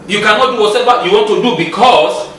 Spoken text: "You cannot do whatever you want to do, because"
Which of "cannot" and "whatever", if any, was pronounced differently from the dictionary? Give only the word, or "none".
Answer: whatever